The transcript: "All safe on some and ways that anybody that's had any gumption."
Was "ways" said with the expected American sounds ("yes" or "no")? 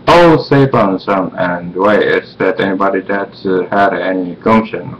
no